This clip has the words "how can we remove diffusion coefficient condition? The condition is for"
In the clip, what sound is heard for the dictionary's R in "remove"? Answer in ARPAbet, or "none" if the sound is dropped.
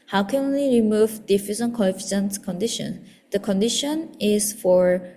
R